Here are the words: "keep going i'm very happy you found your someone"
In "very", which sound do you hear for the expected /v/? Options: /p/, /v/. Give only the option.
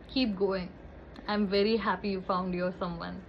/v/